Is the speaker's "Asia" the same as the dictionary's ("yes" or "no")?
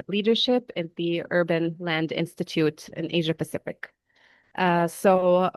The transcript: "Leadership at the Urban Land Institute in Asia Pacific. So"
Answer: yes